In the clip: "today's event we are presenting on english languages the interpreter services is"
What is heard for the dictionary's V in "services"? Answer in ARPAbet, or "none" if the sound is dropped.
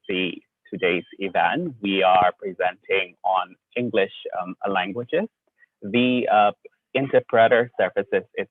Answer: F